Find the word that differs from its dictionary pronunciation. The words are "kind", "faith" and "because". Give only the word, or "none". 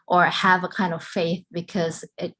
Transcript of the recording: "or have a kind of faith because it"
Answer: none